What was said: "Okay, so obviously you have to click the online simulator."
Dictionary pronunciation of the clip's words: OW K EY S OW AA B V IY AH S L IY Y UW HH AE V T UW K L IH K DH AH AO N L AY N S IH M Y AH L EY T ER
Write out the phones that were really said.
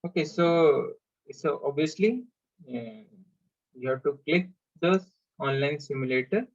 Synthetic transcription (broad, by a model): OW K EY S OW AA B IY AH S L IY Y UW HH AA T UW K L IH K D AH AO N L AY N S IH M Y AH L EY T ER